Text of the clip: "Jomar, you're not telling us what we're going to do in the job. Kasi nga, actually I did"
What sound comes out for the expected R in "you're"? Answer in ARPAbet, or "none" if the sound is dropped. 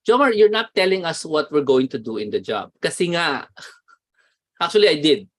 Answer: R